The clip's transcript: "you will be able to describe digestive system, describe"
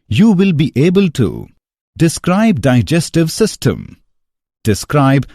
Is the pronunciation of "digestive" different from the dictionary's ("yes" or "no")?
no